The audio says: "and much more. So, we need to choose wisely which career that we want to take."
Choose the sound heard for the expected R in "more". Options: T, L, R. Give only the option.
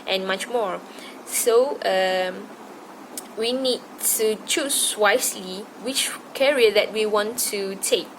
R